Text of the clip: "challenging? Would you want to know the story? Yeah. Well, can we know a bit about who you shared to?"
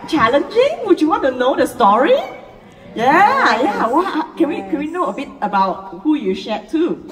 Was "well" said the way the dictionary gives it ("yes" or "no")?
no